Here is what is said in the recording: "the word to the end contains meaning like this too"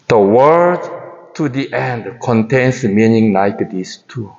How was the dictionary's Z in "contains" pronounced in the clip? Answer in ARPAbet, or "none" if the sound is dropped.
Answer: S